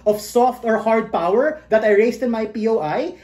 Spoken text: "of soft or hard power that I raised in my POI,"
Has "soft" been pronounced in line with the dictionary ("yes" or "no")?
yes